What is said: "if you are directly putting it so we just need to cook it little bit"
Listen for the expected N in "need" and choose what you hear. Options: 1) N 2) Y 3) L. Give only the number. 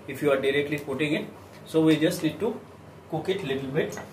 3